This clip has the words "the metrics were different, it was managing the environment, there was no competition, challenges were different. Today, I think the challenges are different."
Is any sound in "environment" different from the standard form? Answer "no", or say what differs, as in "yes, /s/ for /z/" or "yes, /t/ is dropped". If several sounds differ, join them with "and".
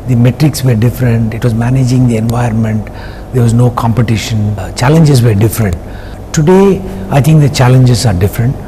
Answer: yes, /ɹ/ is dropped